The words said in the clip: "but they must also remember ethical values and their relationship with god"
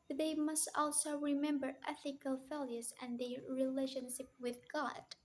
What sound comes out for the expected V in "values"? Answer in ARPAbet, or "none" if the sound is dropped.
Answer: F